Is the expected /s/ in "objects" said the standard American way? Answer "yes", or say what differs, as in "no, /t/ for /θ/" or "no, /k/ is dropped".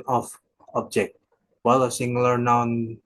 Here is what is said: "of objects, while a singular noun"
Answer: no, /s/ is dropped